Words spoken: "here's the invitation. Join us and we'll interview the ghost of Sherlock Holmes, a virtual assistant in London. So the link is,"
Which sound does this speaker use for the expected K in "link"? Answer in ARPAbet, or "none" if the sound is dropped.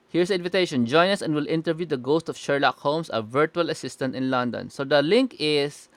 K